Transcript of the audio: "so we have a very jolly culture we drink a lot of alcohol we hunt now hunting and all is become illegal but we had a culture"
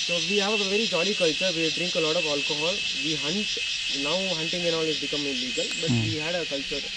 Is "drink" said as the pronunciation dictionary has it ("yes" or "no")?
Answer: yes